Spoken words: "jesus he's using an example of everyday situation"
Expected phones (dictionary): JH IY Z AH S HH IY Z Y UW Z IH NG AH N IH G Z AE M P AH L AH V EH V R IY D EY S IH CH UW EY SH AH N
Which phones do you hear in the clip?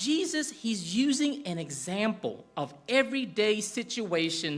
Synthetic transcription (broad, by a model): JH IY Z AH S HH IY Z Y UW Z IH NG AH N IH G Z AE M P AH L AH V EH V R IY D EY S IH CH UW EY SH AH N